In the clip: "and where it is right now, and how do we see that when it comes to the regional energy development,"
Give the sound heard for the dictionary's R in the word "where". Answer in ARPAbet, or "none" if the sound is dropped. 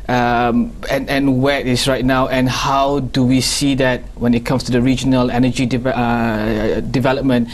W